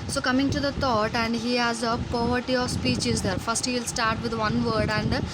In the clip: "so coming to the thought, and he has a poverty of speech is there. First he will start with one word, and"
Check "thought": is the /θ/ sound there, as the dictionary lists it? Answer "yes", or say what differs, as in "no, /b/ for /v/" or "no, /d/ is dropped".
no, /t/ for /θ/